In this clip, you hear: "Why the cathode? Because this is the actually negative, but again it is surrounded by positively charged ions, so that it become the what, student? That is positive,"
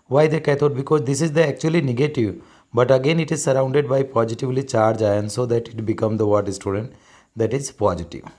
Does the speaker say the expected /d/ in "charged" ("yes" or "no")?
no